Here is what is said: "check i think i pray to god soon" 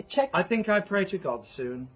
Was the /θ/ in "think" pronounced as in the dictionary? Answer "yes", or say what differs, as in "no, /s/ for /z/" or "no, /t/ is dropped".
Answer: yes